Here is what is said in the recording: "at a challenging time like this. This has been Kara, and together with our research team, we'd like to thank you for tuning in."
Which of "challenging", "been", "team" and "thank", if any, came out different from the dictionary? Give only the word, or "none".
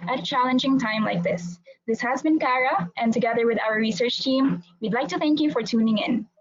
none